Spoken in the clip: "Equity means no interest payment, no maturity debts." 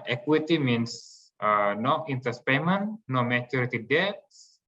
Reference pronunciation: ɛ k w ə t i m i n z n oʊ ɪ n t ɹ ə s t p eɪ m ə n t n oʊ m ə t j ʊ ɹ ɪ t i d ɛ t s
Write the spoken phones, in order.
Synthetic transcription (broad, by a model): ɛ k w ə t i m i n s n oʊ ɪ n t ə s p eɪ m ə n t n oʊ m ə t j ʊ ɹ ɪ t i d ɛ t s